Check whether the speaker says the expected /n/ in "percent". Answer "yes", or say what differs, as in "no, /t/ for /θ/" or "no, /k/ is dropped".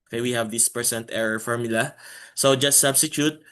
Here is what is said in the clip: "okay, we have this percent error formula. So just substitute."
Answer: yes